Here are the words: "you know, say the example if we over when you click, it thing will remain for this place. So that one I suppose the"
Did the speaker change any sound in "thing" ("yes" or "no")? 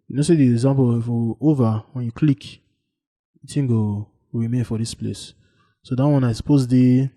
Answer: yes